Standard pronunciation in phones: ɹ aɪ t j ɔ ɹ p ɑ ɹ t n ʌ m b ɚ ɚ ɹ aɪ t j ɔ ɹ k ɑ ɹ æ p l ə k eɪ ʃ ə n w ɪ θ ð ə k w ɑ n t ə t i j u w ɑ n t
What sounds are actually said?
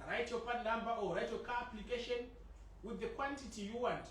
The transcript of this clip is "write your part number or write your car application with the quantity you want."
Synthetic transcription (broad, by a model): ɹ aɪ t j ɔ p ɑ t l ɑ m b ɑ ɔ ɹ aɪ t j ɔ k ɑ p l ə k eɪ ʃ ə n w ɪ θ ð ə k w ɑ n t ə t i j u w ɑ n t